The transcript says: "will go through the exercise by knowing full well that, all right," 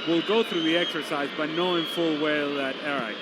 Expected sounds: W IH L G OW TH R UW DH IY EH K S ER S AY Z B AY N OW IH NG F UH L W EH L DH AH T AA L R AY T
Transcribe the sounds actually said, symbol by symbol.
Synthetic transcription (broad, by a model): W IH L G OW TH R UW DH IY EH K S ER S AY Z B AY N OW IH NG F UH L W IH L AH T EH R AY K